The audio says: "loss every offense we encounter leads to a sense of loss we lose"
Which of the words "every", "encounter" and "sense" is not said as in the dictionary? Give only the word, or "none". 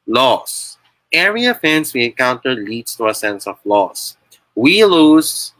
every